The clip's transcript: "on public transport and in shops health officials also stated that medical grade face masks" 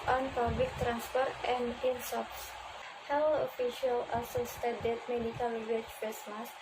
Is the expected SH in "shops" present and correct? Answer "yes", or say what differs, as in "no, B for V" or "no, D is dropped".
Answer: no, S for SH